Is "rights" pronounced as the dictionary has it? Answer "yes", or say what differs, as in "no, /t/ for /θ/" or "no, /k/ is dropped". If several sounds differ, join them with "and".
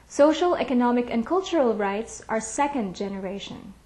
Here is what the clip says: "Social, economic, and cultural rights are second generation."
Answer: yes